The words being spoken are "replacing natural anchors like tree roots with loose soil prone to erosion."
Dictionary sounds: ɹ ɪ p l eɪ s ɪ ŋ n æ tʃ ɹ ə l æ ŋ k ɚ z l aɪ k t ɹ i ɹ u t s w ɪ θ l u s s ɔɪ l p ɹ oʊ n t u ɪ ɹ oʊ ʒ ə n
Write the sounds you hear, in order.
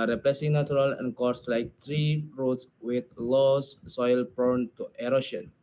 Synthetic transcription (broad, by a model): ɹ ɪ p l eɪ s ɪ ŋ n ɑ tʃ ɹ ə l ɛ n k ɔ s l aɪ k t ɹ i ɹ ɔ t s w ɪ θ l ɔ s s ɔɪ l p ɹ n t u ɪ ɹ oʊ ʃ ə n